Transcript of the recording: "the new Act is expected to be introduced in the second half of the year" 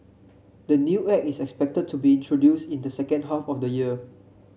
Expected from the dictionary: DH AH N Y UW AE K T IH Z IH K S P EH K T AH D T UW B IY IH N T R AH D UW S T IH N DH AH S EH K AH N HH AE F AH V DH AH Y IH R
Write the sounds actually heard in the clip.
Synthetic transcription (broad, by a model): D AH N Y UW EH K IH S IH K S P EH K T AH D T UW B IY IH N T R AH D UW S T IH N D AH S EH K AH N HH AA F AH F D AH Y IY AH